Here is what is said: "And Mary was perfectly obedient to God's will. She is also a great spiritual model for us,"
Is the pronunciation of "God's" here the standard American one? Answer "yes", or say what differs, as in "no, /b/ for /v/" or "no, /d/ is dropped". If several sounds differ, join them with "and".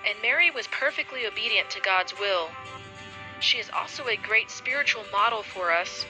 yes